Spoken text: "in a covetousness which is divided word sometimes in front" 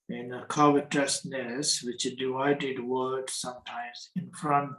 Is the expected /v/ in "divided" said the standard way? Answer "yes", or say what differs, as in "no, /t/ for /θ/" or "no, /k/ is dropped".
no, /v/ is dropped